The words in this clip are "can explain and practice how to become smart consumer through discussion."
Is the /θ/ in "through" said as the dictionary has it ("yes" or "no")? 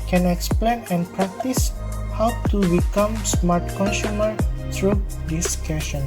no